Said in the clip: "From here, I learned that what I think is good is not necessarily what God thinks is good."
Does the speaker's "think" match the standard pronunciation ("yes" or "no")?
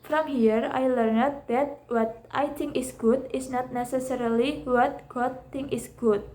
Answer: no